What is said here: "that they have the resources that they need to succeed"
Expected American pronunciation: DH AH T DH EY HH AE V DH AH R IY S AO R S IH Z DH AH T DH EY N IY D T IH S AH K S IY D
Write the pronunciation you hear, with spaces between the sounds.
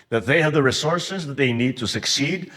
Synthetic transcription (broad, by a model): DH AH T DH EY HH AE V DH AH R IY S AO R S IH Z DH AH T DH EY N IY D T IH S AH K S IY D